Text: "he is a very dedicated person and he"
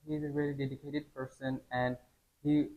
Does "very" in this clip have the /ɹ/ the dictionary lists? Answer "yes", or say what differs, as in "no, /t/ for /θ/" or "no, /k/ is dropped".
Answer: no, /l/ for /ɹ/